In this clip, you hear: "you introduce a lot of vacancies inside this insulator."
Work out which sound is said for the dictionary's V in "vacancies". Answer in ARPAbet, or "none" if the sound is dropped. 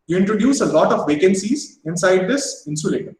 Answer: V